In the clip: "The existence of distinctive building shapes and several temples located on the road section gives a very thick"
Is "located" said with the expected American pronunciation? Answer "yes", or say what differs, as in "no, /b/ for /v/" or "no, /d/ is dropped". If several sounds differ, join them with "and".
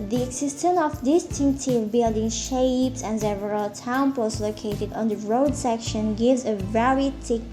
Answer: yes